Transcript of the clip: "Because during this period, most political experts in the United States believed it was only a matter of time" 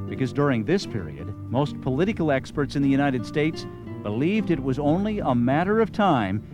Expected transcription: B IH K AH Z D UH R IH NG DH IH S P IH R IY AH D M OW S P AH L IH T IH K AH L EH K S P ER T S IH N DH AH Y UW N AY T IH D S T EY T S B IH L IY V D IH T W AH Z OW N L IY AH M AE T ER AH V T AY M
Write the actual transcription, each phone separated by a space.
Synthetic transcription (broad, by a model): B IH K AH Z D UH R IH NG DH IH S P IH R IY AH D M OW S P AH L IH T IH K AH L EH K S P ER T S IH N DH AH Y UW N AY T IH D S T EY T S B IH L IY V D IH T W AH Z OW N L IY AH M AE T ER AH V T AY M